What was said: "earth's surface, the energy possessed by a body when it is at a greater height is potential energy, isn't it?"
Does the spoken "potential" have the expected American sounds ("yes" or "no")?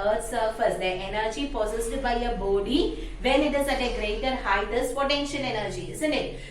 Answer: no